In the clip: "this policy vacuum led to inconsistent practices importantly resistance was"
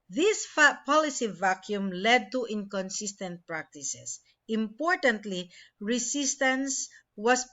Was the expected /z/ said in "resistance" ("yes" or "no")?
no